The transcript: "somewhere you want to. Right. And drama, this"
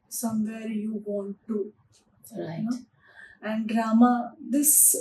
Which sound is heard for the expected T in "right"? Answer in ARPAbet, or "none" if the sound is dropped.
none